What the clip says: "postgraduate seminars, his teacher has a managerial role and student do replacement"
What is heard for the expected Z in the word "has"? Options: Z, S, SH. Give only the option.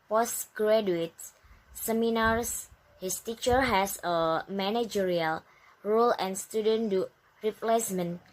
S